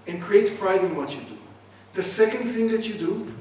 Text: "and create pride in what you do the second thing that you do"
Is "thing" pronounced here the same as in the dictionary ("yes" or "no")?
yes